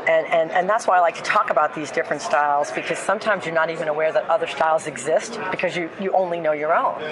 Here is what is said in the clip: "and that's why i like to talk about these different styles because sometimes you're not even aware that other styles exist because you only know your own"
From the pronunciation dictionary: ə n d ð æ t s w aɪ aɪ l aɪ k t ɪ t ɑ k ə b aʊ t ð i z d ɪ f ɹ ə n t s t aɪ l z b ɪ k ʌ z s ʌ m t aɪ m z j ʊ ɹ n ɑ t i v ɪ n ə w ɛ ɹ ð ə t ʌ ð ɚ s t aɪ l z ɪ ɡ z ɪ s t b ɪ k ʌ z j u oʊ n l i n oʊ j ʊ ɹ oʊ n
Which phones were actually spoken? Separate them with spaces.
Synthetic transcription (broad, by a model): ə n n ð æ t s w aɪ aɪ l aɪ k t ɪ t ɑ k ə b aʊ t ð i z d ɪ f ɹ ə n t s t aɪ l z b ɪ k ʌ z s ʌ m t aɪ m z j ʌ ɹ n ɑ t i v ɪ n ə w ɛ ɹ ð ə t ʌ ð ɚ s t aɪ l z ɪ ɡ z ɪ s t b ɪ k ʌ z j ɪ oʊ n l i n oʊ j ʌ ɹ oʊ n